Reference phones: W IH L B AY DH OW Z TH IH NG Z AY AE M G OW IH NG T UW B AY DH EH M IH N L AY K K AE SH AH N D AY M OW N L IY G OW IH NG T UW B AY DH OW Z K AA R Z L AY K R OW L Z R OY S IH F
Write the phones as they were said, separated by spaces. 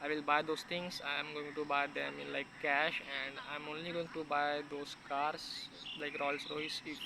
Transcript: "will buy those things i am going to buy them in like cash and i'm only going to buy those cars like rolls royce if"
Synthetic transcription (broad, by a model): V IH L B AY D OW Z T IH NG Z AY M G OW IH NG T UW B AY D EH M IH N L AY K K AE SH AH N D AY M OW N L IY G OW IH NG T UW B AY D OW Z K AA R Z L AY K R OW L S R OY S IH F